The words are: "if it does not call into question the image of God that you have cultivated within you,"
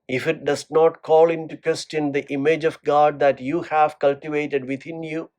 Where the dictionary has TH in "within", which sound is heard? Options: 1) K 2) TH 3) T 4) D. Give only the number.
3